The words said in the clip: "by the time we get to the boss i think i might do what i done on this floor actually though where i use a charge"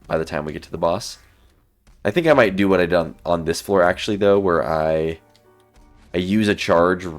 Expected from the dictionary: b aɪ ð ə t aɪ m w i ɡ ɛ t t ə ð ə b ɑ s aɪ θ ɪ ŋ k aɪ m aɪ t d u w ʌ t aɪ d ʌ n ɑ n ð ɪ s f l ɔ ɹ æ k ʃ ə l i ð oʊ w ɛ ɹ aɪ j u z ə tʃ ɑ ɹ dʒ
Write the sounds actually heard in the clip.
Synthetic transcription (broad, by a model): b aɪ ð ə t aɪ m w i ɡ ɛ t t ə ð ə b ɑ s aɪ θ ɪ ŋ k aɪ m aɪ t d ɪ w ʌ t aɪ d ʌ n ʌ n ð ɪ s f l ɔ ɹ æ k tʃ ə l i ð oʊ w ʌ ɹ aɪ j u z ə tʃ ɑ ɹ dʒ